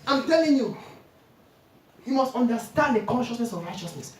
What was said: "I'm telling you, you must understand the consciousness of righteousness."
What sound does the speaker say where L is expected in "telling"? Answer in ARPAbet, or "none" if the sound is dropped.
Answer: L